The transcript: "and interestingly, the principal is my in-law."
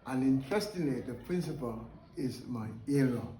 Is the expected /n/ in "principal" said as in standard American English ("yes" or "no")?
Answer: yes